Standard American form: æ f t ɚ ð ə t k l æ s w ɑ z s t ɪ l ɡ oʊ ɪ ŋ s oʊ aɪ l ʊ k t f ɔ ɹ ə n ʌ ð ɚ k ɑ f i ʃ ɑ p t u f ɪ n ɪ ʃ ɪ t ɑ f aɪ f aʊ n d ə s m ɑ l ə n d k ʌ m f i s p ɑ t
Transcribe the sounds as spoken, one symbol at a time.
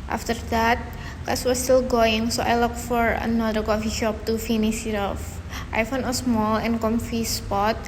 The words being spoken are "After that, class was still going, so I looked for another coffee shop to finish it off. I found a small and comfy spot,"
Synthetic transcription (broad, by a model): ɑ f t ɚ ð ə t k ɑ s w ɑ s t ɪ l ɡ oʊ ɪ ŋ s oʊ aɪ l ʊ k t f ɔ ɹ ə n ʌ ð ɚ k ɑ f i ʃ ɑ p t u f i n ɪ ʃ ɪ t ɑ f aɪ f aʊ n ə s m ɑ l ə n k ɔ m f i s p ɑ t